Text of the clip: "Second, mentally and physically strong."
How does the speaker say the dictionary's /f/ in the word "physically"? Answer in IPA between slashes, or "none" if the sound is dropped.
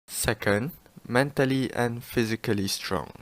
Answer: /f/